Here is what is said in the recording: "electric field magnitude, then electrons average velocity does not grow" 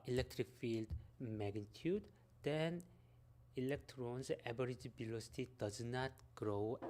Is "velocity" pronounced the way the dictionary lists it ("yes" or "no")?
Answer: no